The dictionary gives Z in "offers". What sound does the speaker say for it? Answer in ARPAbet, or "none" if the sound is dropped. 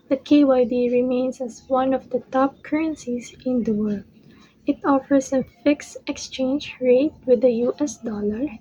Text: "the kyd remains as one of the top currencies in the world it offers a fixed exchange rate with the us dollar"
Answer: S